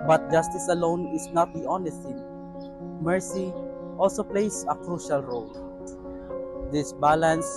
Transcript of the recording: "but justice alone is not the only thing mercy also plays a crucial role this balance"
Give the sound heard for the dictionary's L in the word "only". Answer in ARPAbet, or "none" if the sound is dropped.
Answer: none